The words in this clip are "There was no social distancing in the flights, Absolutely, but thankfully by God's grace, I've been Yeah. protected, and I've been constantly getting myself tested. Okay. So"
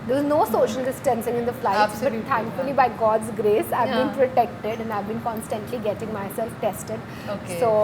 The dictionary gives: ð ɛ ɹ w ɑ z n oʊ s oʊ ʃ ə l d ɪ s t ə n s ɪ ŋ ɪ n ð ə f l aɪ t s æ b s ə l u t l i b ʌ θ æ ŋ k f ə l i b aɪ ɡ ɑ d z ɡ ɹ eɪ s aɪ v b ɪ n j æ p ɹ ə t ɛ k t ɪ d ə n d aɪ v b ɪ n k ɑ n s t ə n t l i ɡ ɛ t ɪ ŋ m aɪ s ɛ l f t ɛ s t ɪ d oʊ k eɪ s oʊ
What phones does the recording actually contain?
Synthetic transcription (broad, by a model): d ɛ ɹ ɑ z n oʊ s oʊ ʃ ə l d ɪ s t ə n s ɪ ŋ ɪ n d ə f l aɪ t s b ə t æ ŋ k f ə l i b aɪ ɡ ɑ d z ɡ ɹ eɪ s aɪ v b ɪ n p ɹ ə t ɛ k t ɪ d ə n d aɪ v b ɪ n k ɑ n s t ə n t l i ɡ ɛ t ɪ ŋ m aɪ s ɛ l f t ɛ s t ɪ d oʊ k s oʊ